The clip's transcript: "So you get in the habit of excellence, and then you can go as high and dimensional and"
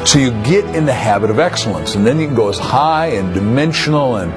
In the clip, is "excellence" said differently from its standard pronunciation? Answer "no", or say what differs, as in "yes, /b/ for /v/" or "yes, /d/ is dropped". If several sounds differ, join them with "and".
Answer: no